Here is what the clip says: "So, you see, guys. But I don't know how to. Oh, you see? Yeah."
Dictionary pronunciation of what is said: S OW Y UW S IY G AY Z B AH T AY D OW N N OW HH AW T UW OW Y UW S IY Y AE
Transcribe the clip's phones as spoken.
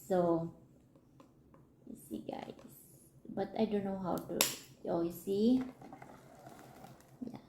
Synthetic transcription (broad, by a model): S OW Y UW S IY G AY S B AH T AY D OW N N OW HH AW T UW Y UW S IY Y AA